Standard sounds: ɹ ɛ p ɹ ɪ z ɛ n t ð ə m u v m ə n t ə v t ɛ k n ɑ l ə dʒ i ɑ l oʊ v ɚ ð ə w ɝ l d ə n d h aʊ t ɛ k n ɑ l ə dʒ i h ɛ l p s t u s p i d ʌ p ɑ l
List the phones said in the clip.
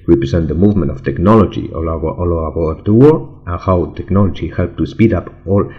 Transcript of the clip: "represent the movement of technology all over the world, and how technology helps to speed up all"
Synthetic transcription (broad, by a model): ɹ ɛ p ɹ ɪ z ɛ n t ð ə m u v m ə n t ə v t ɛ k n ɑ l ə dʒ i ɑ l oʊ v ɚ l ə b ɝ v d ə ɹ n h aʊ t ɛ k n ɑ l ə dʒ i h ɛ l p t u s p i d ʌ p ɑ l